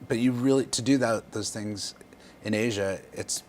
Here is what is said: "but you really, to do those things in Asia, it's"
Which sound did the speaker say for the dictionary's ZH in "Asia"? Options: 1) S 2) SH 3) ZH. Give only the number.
3